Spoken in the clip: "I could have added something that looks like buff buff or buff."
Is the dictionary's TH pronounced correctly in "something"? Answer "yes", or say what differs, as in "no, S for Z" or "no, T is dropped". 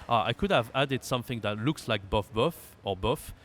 yes